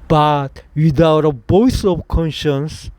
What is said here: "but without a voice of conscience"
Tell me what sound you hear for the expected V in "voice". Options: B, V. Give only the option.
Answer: B